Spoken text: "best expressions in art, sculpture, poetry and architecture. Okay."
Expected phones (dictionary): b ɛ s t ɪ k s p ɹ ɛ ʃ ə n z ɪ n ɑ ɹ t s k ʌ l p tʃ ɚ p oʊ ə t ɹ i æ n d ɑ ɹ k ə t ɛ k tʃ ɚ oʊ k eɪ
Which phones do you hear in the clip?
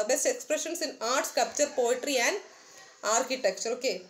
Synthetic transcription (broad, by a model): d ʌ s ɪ k s p ɹ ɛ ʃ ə n s ɪ n ɑ ɹ t s k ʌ p tʃ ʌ p oʊ ə t ɹ i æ n d ɑ ɹ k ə t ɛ k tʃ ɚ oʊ k eɪ